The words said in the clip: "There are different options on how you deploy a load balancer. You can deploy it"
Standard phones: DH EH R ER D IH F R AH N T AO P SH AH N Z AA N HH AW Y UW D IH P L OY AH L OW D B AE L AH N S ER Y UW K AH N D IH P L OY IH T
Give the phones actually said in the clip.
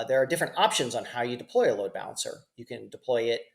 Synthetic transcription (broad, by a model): DH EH R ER D IH F R AH N T AO P SH AH N Z N HH AW Y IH D IH P L OY AH L OW D B AE L AH N S ER Y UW K AH N D IH P L OY IH T